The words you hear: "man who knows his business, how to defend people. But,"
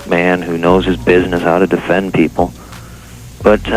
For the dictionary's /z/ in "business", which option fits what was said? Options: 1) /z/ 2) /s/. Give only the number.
1